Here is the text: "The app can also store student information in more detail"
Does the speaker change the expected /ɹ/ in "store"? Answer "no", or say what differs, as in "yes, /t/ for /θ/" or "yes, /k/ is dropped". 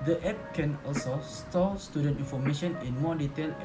yes, /l/ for /ɹ/